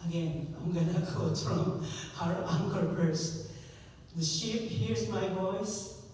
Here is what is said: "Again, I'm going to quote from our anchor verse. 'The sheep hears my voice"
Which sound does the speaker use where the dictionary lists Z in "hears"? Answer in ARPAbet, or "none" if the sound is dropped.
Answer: Z